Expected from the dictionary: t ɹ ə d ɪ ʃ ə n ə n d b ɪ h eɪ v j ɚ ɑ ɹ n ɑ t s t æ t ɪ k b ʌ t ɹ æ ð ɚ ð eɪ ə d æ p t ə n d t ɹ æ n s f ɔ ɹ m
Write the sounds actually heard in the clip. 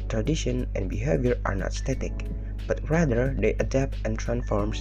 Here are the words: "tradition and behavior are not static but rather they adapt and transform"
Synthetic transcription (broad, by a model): t ɹ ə d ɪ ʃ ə n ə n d b ɪ h eɪ v j ɚ ɑ ɹ n ɑ t s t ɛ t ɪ k b ʌ t ɹ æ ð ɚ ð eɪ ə d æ p t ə n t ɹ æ n s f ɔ ɹ m